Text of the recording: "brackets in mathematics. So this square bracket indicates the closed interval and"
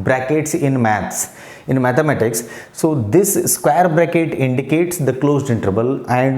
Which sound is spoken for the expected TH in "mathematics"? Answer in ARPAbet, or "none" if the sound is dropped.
S